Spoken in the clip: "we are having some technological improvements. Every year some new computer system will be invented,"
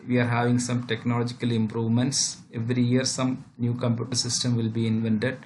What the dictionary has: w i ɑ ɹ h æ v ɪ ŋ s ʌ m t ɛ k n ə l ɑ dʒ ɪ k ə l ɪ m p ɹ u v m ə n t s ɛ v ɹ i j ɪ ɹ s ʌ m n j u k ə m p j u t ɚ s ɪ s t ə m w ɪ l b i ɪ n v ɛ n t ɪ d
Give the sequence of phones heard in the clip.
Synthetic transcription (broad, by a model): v i ɑ ɹ h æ v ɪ ŋ s ʌ m t ɛ k n ə l ɑ dʒ ɪ k ə l ɪ m p ɹ u v m ə n t s ɛ v ɹ i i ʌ ɹ s ʌ m n j u k ə m p j u t ɚ s ɪ s t ə m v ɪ l b i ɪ n v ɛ n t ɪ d